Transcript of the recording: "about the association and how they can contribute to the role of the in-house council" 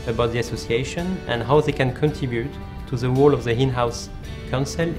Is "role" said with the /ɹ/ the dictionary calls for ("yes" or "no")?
no